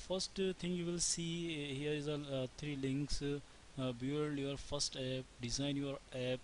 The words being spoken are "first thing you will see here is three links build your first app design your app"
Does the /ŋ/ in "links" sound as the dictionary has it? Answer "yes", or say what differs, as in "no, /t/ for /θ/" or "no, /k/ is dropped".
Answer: yes